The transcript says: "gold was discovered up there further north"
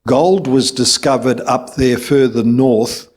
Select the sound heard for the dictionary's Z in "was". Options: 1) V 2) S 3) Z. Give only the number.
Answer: 3